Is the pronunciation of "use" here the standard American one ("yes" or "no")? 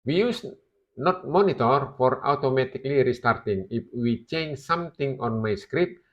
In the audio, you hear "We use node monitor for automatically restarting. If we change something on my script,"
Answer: yes